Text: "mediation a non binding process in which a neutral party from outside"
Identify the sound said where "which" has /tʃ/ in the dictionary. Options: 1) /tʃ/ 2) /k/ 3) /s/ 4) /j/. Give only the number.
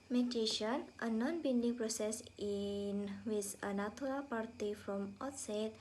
3